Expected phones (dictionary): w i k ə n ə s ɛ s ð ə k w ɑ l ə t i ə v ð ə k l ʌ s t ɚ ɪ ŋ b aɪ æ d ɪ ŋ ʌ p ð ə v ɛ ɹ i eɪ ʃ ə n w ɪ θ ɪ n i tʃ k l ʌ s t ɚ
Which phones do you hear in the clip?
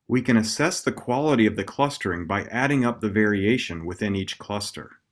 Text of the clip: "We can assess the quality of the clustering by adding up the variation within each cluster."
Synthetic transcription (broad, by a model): w i k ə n ə s ɛ s ð ə k w ɑ l ə t i ə v ð ə k l ʌ s t ɚ ɪ ŋ b aɪ æ d ɪ ŋ ʌ p ð ə v ɛ ɹ i eɪ ʃ ə n w ɪ θ ɪ n i tʃ k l ʌ s t ɚ